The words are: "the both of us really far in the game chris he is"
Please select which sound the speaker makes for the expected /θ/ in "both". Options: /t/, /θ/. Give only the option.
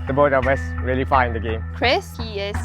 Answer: /t/